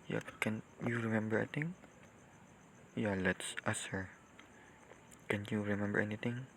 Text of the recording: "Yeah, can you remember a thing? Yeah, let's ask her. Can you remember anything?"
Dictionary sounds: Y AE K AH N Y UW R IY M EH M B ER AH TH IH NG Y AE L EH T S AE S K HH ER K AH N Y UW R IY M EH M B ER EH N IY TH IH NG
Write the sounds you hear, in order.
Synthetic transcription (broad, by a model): Y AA K AH N Y UW R IY M EH M B ER AH T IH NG Y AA L EH T S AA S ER K AH N Y UW R IY M EH M B ER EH N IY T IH NG